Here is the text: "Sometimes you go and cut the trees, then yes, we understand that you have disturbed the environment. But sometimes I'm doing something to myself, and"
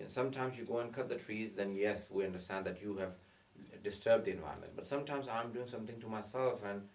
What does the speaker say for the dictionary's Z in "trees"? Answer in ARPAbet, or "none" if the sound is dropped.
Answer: Z